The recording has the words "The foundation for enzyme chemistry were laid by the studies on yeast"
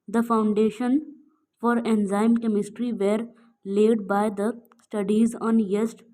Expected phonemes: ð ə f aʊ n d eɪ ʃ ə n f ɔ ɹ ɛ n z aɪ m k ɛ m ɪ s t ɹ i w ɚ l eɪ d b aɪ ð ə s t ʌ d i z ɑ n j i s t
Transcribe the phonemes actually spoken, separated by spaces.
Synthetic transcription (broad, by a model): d ə f aʊ n d eɪ ʃ ə n f ɔ ɹ ɛ n z aɪ m k ɛ m ɪ s t ɹ i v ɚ l eɪ d b aɪ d ə s t ʌ d i z ɑ n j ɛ s t